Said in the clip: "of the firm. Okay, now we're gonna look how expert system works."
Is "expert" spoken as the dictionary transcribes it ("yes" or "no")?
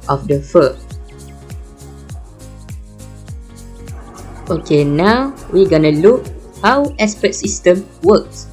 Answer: no